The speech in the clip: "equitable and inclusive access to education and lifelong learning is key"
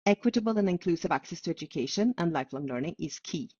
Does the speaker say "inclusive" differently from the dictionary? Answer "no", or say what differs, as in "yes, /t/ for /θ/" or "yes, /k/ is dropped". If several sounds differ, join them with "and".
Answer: no